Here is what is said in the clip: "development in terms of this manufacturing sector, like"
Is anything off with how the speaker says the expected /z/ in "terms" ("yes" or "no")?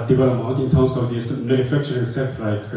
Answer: yes